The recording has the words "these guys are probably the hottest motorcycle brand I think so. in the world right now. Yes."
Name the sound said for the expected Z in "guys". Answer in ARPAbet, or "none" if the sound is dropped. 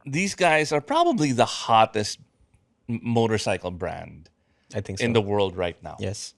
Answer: Z